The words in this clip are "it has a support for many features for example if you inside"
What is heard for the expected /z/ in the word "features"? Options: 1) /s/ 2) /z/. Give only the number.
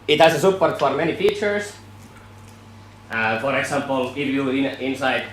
1